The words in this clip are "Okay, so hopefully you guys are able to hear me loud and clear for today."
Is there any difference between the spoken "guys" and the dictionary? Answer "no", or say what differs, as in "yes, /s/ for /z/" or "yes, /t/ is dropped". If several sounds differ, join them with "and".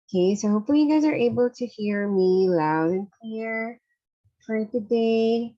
no